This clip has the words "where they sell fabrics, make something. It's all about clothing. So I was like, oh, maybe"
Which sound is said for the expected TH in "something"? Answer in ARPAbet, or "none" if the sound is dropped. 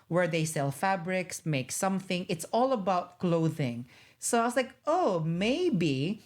TH